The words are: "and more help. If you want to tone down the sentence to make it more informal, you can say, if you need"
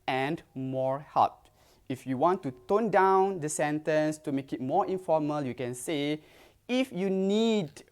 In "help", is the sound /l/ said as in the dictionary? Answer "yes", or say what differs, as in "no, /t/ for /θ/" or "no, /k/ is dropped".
no, /l/ is dropped